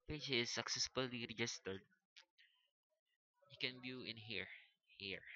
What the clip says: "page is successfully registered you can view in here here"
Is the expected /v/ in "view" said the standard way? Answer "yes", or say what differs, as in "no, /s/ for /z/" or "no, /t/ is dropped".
no, /b/ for /v/